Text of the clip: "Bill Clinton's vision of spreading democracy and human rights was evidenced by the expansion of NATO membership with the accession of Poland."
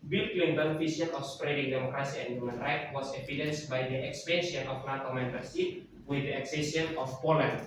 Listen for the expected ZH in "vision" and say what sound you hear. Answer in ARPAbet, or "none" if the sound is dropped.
S